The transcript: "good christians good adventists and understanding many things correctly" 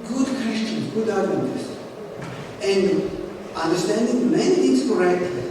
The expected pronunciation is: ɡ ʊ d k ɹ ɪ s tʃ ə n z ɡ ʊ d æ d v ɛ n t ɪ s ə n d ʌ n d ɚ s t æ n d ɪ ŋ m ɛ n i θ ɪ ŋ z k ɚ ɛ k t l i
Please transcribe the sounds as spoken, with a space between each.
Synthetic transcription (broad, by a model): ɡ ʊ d k w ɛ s tʃ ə n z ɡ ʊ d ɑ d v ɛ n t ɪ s ə n d ʌ n d ɚ s t æ n d ɪ ŋ m ɛ n i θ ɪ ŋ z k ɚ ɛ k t